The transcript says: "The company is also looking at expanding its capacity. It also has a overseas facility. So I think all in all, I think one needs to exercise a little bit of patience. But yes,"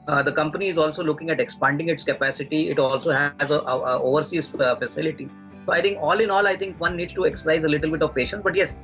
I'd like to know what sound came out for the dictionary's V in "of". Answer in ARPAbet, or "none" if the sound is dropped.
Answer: V